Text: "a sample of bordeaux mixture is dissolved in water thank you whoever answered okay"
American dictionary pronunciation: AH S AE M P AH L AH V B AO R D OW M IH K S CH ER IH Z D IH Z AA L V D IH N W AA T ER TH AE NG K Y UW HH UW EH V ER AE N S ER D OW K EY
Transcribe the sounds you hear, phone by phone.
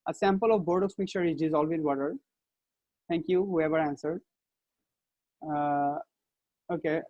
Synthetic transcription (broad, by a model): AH S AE M P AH L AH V B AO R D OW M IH K CH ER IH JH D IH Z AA L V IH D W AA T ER T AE NG K Y UW HH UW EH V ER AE N S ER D OW K EY